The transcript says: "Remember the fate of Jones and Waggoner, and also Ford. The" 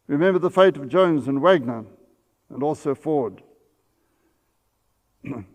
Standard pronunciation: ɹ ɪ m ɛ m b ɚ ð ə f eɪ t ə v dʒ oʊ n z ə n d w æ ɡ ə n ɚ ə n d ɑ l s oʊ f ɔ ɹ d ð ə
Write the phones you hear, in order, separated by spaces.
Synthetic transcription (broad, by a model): ɹ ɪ m ɛ m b ɚ ð ə f eɪ t ə v dʒ oʊ n z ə n w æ ɡ n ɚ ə n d ɑ l s oʊ f ɔ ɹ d